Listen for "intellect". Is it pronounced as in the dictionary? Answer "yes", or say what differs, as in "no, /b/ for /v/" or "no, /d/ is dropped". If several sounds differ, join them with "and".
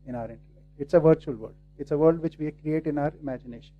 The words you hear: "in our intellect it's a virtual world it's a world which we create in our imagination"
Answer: no, /n/ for /l/ and /k/ is dropped